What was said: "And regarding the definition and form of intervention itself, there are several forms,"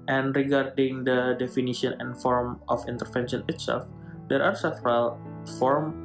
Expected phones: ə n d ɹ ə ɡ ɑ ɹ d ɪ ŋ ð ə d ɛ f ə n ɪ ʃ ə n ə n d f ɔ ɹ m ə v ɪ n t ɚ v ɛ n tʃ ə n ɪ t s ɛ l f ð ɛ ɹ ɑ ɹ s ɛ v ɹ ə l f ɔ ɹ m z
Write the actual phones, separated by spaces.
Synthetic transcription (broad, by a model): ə n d ɹ ə ɡ ɑ ɹ d ɪ ŋ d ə d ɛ f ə n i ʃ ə n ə n f ɔ ɹ m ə f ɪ n t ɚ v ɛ n ʃ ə n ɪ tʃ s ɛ f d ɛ ɹ ɑ ɹ s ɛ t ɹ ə l f ɔ ɹ m